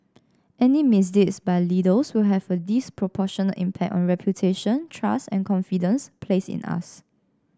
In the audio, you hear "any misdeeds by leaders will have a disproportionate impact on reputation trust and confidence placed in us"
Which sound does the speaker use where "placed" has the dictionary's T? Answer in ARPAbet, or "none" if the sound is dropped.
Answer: none